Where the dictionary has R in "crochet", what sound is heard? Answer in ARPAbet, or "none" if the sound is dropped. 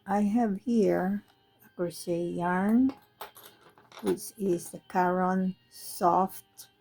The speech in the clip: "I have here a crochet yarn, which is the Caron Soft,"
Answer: none